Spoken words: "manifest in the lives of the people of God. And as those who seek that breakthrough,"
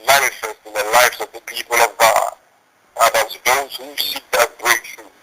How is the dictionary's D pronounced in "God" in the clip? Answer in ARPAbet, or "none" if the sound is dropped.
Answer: none